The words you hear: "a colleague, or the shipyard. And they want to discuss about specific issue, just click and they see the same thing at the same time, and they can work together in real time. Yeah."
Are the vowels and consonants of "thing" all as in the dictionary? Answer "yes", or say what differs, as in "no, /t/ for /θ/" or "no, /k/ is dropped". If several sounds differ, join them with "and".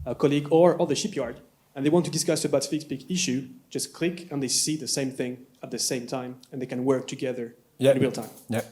yes